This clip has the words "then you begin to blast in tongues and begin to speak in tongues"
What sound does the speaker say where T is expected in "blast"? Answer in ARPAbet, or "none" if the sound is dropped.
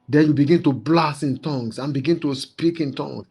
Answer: none